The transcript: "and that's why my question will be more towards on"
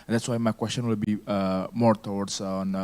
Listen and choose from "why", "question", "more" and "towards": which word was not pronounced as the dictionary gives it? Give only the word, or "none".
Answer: towards